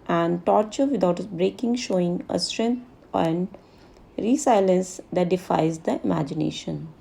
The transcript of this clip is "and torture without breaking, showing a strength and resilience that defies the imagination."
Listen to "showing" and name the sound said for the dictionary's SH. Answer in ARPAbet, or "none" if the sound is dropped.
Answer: SH